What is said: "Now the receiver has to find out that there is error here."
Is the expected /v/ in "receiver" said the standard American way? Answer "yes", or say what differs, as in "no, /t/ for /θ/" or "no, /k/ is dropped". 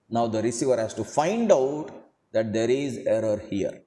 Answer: yes